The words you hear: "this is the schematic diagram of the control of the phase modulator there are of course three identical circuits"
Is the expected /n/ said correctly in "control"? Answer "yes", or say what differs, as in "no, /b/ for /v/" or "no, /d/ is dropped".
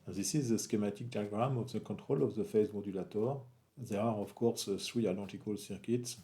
no, /n/ is dropped